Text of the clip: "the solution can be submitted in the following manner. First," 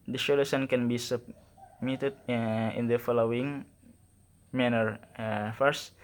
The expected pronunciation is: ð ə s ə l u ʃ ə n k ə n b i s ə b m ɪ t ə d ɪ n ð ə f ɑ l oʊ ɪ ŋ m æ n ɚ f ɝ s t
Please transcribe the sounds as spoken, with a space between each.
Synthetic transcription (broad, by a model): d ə ʃ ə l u s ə n k ə n b i s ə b m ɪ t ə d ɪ n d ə f ɑ l oʊ ɪ ŋ m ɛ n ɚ f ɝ s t